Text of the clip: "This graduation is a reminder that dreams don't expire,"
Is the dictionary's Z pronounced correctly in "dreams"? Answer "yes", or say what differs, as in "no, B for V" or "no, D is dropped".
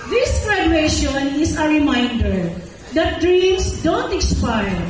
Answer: no, S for Z